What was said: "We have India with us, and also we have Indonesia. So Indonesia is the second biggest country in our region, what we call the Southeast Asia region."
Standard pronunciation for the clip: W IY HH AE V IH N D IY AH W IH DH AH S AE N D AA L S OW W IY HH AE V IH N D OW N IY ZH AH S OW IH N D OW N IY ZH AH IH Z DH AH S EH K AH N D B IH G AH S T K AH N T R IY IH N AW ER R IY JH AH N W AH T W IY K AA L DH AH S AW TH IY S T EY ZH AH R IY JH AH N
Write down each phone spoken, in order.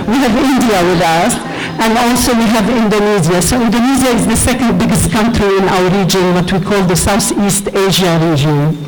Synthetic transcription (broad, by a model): W IY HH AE V IH N D IY AH W IH DH AH S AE N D AA L S OW W IY HH AE V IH N D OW N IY Z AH S OW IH N D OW N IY Z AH IH Z DH AH S EH K AH N D B IH G AH S T K AH N T R IY IH N AW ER R IY JH AH N W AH T W IY K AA L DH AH S AW TH IY S T EY ZH AH R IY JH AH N